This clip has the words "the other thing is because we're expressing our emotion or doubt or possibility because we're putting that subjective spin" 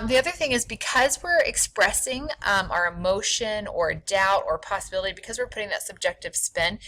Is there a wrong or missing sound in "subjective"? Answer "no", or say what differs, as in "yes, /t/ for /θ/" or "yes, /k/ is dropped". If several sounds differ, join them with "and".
no